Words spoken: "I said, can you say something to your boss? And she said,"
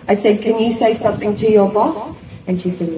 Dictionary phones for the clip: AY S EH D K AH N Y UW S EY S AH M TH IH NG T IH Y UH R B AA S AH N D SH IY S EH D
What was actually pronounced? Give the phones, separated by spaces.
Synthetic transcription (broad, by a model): AY S EH D K AH N Y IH S EY S AH M TH IH NG T IH Y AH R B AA S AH N SH IY S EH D